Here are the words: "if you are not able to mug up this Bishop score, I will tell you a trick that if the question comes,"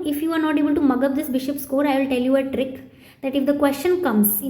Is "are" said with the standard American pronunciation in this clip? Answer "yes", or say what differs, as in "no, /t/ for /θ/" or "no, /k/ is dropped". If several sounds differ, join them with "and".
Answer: yes